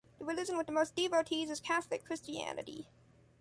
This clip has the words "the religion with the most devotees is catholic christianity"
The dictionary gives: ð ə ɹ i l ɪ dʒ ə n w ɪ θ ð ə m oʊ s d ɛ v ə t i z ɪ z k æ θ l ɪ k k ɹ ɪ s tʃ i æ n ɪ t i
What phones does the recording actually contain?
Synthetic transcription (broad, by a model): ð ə w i l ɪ z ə n w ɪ ð ə m oʊ s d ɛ v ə t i z ɪ z k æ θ l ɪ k k ɹ ɪ s tʃ i æ n ɪ t i